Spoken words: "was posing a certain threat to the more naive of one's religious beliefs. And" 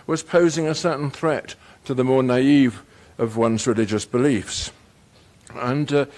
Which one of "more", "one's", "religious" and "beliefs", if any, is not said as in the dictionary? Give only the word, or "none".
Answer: none